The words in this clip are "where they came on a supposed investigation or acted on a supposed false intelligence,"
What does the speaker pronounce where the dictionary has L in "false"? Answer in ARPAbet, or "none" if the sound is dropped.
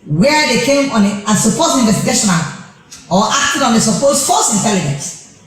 none